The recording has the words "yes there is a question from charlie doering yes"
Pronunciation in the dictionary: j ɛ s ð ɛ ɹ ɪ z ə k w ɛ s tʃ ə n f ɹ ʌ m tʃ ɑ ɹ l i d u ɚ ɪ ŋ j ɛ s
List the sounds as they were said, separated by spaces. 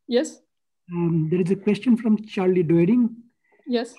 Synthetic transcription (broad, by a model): j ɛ s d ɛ ɹ ɪ z ə k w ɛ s tʃ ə n f ɹ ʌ m tʃ ɑ ɹ l i d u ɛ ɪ ŋ j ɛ s